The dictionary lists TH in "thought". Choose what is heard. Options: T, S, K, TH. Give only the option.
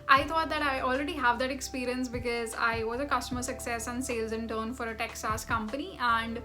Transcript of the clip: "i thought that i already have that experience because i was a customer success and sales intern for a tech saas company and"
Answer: T